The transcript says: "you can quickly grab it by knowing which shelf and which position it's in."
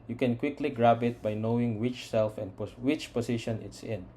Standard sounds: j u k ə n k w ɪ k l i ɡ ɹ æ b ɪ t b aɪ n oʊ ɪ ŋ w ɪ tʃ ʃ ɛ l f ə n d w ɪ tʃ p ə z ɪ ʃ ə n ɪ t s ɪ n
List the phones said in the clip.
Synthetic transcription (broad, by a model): j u k ə n k w ɪ k l i ɡ ɹ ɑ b ɪ t b aɪ n oʊ ɪ ŋ w ɪ tʃ s ɛ l f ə n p w ɪ tʃ p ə s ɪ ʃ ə n ɪ t s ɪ n